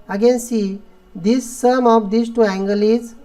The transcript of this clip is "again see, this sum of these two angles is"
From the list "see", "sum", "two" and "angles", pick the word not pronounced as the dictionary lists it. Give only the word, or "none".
angles